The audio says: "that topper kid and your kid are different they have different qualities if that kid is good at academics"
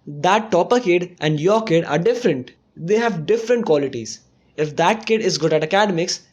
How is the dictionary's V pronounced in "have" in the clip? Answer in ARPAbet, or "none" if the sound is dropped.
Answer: V